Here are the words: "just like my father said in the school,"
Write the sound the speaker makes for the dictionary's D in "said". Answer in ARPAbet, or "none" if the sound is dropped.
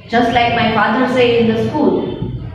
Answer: none